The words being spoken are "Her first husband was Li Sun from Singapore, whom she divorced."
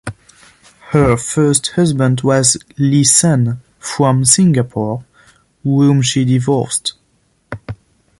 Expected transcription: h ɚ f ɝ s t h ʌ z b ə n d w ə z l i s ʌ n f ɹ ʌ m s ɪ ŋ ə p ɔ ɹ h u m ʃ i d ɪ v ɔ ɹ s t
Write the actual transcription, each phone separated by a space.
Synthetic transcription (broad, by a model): h ɚ f ɝ s t h ʌ z b ə n d w ə z l i s ʌ n f ɹ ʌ m s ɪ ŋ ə p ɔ ɹ h u m ʃ i d ɪ v ɔ ɹ s t